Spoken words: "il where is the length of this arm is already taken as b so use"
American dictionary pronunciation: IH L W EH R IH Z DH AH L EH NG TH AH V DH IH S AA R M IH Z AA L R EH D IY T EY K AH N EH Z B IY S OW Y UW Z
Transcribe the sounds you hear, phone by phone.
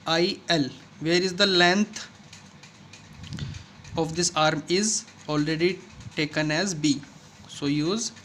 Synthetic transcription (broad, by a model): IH L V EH R IH Z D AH L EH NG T AH V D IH S AA R M IH Z AA L R EH D IY T EY K AH N EH Z B IY S OW Y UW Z